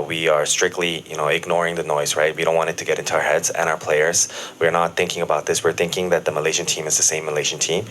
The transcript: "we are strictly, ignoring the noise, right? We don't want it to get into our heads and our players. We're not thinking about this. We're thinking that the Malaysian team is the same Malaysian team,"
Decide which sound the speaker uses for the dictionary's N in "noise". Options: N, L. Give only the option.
N